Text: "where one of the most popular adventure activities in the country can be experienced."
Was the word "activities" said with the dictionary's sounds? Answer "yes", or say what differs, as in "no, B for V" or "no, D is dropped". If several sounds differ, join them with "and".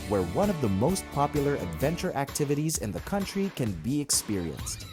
yes